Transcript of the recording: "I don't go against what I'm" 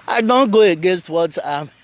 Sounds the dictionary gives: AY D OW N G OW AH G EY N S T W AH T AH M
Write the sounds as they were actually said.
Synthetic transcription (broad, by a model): AY D OW N G OW AH G EY N S T W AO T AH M